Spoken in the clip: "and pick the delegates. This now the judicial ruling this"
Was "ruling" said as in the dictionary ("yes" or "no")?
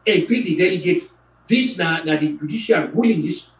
no